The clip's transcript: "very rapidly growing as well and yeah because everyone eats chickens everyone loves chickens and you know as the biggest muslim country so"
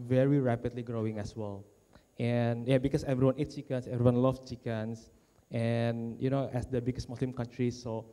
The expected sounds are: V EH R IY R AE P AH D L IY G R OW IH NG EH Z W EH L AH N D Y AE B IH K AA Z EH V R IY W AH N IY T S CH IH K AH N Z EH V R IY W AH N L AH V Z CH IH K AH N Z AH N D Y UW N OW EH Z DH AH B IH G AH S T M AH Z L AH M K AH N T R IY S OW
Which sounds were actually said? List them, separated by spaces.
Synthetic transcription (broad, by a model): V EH R IY R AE P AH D L IY G R OW IH NG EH S W EH L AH N Y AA B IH K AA S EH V R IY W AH N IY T CH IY K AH N S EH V R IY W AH N L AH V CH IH K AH N S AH N Y UW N OW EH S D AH B IH G AH S T M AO S L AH M K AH N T R IY S OW